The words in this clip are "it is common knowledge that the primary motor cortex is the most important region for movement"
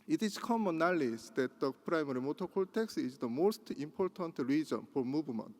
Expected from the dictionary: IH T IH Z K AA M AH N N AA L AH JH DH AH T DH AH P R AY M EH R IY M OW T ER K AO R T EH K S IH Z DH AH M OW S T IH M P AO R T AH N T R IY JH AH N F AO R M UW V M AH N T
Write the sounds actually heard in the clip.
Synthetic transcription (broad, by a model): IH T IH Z K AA M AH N N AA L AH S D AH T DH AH P R AY M EH R IY M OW T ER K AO L T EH K S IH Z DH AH M OW S T IH M P AO R T AH N T R IY JH AH N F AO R M UW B M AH N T